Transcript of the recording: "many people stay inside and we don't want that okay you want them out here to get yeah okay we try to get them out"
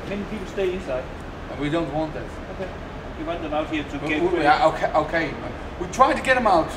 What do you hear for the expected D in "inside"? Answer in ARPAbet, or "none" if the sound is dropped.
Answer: none